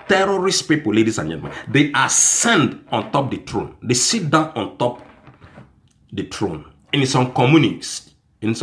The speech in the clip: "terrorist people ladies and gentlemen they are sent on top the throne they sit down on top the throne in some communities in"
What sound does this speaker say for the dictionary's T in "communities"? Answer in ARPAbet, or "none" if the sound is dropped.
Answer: S